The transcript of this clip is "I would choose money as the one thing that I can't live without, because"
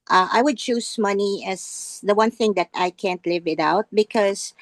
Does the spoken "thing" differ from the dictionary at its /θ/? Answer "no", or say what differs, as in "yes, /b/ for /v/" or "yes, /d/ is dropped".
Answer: no